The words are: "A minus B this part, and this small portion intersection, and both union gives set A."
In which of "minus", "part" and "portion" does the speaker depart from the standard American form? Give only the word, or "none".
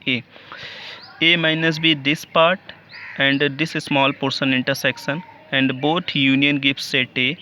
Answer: portion